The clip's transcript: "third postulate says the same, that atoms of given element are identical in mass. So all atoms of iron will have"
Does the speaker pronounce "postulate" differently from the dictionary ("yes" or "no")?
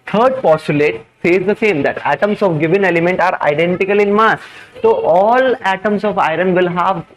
no